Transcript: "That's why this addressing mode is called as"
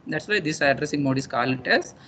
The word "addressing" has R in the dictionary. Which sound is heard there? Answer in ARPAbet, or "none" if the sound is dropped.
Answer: R